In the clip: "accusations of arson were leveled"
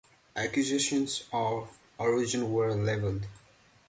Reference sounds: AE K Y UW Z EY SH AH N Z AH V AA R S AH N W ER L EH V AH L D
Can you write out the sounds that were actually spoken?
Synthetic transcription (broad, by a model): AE K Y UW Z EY SH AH N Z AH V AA R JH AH N W ER L EH V AH L D